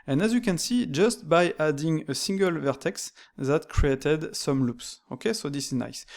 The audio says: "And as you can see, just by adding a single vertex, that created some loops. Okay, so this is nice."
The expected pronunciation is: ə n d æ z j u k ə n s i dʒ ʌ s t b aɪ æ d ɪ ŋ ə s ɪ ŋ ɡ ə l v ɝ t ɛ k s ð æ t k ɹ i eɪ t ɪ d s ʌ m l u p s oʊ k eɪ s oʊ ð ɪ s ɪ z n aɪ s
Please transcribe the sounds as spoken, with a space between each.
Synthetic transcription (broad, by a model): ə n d æ z j u k ə n s i dʒ ʌ s t b aɪ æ d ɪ ŋ ə s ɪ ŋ ɡ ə l v ɝ t ɛ k s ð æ t k ɹ i eɪ t ɪ d s ʌ m l u p s oʊ k eɪ s oʊ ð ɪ s ɪ z n aɪ s